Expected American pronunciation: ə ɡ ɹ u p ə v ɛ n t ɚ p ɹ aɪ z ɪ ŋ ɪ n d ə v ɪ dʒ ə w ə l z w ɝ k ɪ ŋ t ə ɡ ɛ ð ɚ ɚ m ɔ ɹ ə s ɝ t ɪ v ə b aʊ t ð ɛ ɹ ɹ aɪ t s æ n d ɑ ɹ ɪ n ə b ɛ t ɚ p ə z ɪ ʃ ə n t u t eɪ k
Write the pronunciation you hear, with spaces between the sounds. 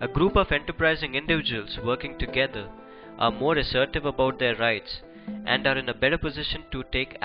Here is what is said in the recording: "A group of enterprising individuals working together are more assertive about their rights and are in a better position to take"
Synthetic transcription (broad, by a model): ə ɡ ɹ u p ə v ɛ n t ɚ p ɹ aɪ z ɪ ŋ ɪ n d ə v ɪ dʒ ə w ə l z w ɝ k ɪ ŋ t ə ɡ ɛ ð ɚ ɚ m ɔ ɹ ə s ɝ t ɪ v ə b aʊ t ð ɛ ɹ ɹ aɪ t s æ n d ɑ ɹ ɪ n ə b ɛ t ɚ p ə z ɪ ʃ ə n t u t eɪ k